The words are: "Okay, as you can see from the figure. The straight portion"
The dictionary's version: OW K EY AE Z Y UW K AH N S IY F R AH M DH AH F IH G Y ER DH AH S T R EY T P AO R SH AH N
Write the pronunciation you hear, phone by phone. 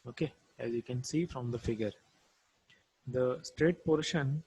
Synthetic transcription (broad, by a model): OW K EY AE Z Y UW K AH N S IY F R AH M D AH F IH G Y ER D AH S T R EY T P AO R SH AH N